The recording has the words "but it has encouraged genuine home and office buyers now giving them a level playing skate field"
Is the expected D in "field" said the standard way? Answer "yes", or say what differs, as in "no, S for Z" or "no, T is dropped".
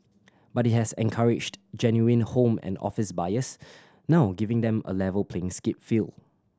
no, D is dropped